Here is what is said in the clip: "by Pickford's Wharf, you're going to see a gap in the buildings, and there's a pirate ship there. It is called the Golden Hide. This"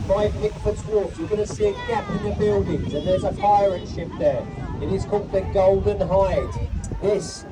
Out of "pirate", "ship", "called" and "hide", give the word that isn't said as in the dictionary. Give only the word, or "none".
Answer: pirate